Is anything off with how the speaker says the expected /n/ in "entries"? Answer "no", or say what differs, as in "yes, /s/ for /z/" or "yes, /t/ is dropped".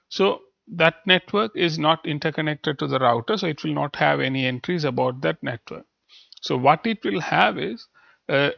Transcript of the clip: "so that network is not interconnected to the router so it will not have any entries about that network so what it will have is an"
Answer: no